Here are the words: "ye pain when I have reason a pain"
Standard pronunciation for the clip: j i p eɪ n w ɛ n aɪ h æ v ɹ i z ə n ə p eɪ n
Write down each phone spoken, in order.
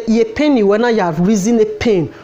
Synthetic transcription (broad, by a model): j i p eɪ n w ɛ n aɪ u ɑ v ɹ i z ə n ə p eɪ n